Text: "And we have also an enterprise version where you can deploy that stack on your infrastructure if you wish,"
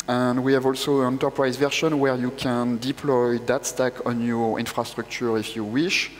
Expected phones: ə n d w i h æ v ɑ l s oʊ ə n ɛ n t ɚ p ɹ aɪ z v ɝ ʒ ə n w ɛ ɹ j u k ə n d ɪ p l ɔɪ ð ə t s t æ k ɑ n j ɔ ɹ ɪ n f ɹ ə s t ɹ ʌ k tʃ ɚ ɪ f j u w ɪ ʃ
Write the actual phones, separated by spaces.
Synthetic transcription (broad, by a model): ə n d w i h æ v ɑ l s oʊ ə n ɛ n t ɚ p ɹ aɪ z v ɝ ʃ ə n w ɛ ɹ j u k ə n d ɪ p l ɔɪ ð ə t s t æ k ɑ n j ɔ ɹ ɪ n f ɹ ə s t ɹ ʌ k tʃ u ɪ f j u w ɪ ʃ